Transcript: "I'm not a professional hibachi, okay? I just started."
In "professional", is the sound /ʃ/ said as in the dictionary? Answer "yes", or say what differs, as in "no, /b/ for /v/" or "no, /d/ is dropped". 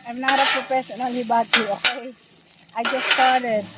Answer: no, /s/ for /ʃ/